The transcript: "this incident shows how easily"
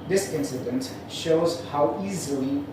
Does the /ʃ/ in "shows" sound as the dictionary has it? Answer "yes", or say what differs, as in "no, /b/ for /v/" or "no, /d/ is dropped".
yes